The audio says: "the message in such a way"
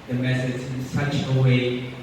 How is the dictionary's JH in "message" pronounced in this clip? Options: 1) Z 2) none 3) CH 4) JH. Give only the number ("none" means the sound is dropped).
1